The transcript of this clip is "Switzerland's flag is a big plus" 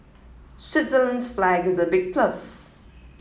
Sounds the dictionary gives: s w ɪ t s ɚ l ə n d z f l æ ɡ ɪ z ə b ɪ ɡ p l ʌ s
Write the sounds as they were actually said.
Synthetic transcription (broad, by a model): s w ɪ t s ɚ l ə n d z f l æ ɡ ɪ z ə b ɪ ɡ p l ʌ s